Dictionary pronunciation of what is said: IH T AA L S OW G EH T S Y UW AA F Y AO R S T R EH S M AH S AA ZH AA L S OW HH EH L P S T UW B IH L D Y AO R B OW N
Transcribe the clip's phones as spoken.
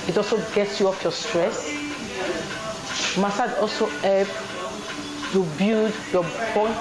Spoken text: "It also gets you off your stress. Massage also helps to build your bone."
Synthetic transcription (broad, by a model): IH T AA L S OW G EH T S Y UW AA F Y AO S T R EH S M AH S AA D AA L S OW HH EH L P T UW B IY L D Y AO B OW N